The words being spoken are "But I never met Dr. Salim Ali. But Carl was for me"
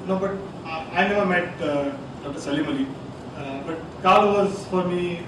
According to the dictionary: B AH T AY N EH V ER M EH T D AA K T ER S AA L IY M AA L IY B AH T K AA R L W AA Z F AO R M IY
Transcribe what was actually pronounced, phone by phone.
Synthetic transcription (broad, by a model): B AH T AY N EH V ER M EH T D AA K T ER S AA L IY M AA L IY B AH T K AA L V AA Z F AO R M IY